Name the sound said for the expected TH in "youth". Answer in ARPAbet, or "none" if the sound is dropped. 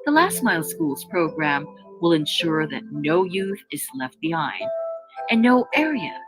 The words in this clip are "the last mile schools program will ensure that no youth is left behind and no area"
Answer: TH